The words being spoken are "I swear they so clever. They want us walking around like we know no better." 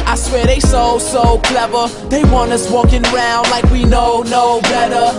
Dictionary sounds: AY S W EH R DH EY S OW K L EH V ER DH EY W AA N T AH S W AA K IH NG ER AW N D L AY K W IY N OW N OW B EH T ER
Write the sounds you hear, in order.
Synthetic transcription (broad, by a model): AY S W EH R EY S OW K L EH V ER DH EY W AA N AH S W AA K IH NG ER AW N D L AY K W IY N OW N OW B EH T ER